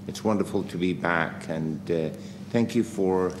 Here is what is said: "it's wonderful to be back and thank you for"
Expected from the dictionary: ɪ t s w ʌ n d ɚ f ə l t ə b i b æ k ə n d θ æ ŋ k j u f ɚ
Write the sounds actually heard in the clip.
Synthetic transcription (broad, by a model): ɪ t s w ʌ n d ɚ f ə l t ə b i b æ k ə n θ æ ŋ k j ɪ f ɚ